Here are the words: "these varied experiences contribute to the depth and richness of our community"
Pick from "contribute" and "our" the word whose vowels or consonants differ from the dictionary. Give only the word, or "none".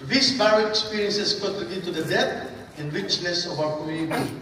contribute